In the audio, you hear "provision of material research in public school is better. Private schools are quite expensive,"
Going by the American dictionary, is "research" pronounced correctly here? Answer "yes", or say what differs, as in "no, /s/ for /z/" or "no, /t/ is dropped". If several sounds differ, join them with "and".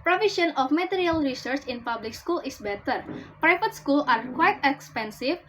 yes